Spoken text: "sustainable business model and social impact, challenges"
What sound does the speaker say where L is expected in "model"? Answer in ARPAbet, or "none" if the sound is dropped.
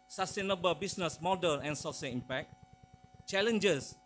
N